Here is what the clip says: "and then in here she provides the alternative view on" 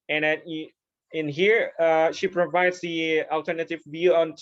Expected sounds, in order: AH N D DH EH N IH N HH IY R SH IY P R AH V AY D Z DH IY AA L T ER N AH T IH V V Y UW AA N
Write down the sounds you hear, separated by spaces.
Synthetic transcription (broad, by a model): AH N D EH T IH N HH IY R SH IY P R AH V AY D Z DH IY AA L T ER N AH T IH V V Y UW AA N